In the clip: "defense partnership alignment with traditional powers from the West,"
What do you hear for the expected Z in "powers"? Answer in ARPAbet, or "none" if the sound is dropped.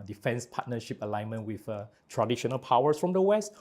S